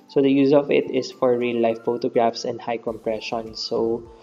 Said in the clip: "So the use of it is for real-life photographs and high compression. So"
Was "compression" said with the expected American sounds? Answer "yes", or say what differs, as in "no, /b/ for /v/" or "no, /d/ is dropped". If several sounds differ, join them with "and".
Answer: yes